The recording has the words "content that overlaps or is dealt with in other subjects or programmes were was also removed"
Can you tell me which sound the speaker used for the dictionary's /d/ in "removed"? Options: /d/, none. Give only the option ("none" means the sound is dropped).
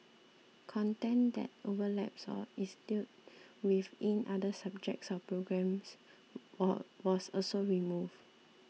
none